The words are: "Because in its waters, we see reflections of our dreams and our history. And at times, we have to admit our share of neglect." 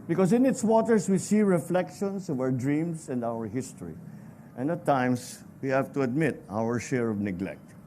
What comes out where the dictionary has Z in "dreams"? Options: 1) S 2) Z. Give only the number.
1